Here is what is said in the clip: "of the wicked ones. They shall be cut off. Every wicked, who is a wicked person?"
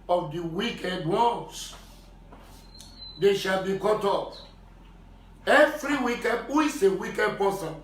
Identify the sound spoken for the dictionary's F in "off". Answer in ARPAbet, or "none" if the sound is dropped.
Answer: P